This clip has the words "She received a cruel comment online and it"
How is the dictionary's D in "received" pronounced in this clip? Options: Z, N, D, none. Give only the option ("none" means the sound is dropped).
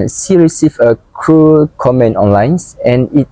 none